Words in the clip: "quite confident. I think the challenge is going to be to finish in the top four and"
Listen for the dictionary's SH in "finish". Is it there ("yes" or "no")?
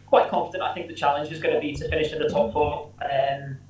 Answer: yes